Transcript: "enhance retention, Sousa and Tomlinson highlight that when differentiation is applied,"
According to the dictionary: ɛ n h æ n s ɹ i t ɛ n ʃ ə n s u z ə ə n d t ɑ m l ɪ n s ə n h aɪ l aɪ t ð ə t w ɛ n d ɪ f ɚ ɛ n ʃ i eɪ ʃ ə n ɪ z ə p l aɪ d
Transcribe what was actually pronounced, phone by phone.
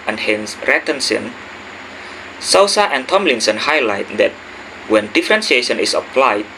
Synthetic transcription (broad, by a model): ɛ n h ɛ n s ɹ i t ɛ n s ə n s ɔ s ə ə n t ɑ m l ɪ n s ə n h aɪ l aɪ t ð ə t w ɛ n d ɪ f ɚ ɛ n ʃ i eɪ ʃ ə n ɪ s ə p l aɪ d